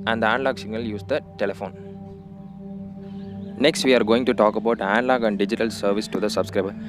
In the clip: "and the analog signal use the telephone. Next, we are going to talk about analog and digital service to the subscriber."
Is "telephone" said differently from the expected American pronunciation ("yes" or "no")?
no